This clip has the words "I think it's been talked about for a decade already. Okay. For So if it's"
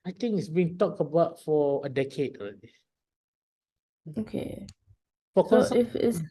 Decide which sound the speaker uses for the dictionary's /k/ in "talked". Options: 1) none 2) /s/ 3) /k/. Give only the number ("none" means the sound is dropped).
3